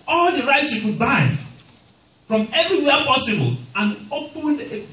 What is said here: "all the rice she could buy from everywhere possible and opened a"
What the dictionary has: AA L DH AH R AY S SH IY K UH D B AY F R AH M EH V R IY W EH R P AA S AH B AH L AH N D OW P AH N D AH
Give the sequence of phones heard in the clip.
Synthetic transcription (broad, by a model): AA L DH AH R AY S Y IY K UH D B AY F R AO M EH V R IY W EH P AA S AH B AH L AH N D OW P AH N AH